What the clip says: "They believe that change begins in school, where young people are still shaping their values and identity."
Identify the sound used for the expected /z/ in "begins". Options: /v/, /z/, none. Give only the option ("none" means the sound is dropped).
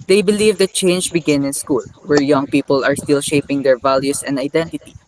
none